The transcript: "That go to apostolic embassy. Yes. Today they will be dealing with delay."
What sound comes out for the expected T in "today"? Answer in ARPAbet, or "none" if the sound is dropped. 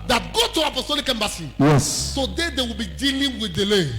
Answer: S